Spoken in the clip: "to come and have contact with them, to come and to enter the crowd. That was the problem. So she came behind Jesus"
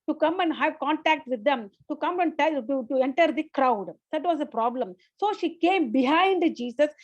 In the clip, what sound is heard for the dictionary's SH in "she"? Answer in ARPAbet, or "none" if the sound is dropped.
SH